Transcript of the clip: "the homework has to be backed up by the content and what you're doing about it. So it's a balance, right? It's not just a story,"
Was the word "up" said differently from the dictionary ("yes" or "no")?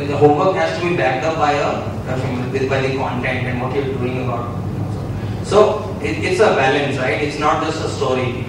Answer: yes